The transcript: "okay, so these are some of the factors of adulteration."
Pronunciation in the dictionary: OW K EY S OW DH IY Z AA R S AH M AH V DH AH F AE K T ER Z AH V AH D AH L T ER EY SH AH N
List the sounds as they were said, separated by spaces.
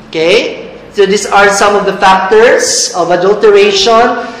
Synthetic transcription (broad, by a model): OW K EY S OW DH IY S AA R S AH M AH V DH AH F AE K T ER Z AH V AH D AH L T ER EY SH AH N